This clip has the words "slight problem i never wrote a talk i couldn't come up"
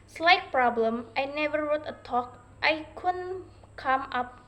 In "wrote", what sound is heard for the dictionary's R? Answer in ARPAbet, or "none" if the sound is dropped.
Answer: R